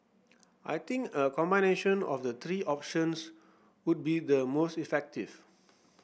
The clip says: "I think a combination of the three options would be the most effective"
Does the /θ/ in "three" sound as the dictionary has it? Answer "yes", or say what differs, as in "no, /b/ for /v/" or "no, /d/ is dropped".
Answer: no, /t/ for /θ/